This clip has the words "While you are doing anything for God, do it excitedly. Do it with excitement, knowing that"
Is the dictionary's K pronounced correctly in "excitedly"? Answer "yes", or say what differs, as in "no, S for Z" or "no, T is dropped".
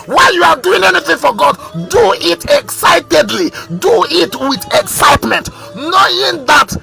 yes